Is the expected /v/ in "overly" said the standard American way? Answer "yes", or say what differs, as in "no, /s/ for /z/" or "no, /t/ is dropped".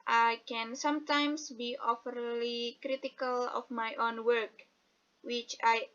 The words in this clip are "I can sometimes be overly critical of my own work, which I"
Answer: no, /f/ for /v/